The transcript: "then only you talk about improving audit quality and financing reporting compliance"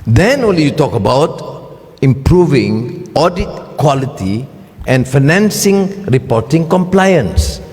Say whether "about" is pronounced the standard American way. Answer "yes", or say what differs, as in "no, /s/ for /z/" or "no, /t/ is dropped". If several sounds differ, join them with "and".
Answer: yes